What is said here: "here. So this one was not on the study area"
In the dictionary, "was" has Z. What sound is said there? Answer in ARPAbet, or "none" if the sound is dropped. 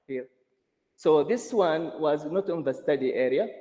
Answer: Z